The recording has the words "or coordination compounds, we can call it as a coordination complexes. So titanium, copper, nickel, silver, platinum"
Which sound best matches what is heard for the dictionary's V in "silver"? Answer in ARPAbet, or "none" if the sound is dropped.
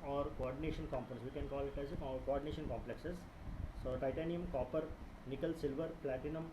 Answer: V